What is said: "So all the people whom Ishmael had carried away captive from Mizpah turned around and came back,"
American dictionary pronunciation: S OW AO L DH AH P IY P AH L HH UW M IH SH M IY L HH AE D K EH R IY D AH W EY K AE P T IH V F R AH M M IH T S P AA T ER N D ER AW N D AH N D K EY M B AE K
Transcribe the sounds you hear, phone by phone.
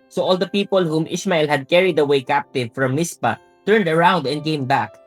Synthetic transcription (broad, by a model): S OW AO L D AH P IY P AH L HH UW M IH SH M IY L HH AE D K EH R IY D AH W EY K AE P T IH V F R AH M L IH S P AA T ER N D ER AW N D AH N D K EY M B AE K